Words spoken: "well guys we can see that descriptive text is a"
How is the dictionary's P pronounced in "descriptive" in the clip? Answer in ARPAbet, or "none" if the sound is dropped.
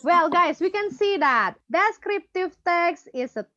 P